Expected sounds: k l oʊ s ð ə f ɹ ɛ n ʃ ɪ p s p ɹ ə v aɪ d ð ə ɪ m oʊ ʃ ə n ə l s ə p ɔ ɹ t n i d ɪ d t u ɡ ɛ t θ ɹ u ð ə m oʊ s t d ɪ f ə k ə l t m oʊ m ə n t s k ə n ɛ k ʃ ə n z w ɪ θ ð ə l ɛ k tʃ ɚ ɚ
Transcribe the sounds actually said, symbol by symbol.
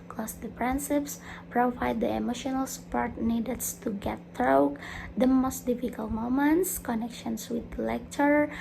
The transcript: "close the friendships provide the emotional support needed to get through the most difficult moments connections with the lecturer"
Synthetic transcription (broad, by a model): k l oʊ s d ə p ɹ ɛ n s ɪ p s p ɹ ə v aɪ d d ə ɪ m oʊ ʃ ə n ə l s ə p ɔ ɹ t n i d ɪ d t u ɡ ɛ t ɹ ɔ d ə m oʊ s t d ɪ f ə k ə l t m oʊ m ə n t s k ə n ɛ k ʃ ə n s w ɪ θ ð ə l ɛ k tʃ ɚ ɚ